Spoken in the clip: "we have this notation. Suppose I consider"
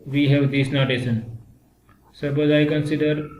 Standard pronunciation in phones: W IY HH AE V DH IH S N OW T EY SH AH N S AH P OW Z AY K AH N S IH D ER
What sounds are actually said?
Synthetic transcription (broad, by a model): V IY HH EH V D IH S N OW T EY S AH N S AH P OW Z AY K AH N S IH D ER